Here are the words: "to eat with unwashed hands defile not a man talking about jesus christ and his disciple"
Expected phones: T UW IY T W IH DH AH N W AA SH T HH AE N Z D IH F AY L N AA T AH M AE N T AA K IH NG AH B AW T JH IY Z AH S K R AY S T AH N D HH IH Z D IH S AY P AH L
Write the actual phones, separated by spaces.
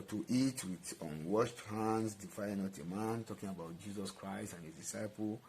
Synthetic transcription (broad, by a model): T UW IY T W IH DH AH N W AA SH T HH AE N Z D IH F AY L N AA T AH M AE N T AA K IH NG AH B AW T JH IY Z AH S K R AY S T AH N HH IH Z D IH S AY P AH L